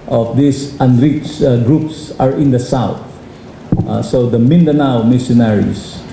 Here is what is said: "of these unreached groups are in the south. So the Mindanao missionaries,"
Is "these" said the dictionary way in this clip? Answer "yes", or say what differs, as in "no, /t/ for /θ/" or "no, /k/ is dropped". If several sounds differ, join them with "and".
no, /s/ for /z/